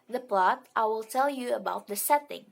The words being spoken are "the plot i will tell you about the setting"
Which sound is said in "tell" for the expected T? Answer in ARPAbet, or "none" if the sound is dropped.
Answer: T